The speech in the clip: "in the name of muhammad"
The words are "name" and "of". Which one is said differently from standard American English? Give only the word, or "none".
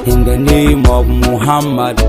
of